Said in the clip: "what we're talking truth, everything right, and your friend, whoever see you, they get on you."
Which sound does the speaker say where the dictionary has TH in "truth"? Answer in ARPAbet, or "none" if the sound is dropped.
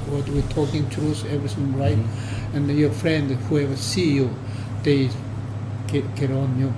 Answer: S